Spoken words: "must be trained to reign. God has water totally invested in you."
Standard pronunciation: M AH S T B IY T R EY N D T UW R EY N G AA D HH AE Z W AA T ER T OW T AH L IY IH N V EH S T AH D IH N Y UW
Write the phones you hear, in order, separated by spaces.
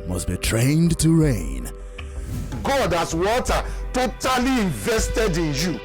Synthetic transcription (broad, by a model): M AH S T B IY T R EY N D T UW R EY N G AA D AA S W AA T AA T OW T AH L IY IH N V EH S T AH D IH N Y UW